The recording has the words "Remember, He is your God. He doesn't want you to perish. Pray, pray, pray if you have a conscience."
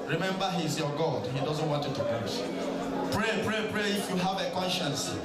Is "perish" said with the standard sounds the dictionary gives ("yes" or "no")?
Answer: no